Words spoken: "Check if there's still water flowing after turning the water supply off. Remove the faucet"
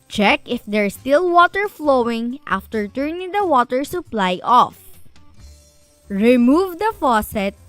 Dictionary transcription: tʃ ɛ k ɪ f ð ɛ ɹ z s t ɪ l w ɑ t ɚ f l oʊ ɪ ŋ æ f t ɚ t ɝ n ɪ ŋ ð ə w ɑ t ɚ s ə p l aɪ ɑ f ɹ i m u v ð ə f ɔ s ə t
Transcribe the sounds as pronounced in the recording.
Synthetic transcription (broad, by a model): tʃ ɛ k ɪ f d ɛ ɹ s t ɪ l w ɑ t ɚ f l oʊ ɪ ŋ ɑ f t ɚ t ɝ n ɪ ŋ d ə w ɑ t ɚ s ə p l aɪ ɑ f ɹ i m u v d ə f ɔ s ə t